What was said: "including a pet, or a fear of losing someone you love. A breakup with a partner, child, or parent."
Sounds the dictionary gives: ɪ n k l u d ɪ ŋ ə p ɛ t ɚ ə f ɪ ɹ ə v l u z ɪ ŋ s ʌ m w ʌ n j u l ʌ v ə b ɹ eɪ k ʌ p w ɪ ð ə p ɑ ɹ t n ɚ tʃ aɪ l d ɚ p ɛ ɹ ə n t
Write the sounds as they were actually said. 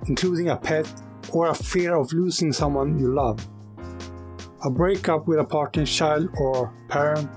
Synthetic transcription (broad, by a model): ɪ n k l u d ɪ ŋ ə p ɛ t ɚ ə f ɪ ɹ ə v l u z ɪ ŋ s ʌ m w ʌ n j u l ʌ v ə b ɹ eɪ k ʌ p w ɪ ð ə p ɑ ɹ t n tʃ aɪ l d ɚ p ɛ ɹ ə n